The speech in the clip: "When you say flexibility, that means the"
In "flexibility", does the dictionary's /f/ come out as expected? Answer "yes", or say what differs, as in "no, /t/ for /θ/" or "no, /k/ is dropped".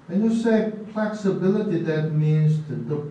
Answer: no, /p/ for /f/